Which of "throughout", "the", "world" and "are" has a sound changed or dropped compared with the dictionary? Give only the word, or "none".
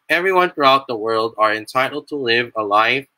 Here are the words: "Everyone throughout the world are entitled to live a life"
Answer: none